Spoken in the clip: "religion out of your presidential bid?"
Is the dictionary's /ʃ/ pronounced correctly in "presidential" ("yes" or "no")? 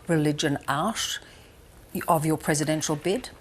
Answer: yes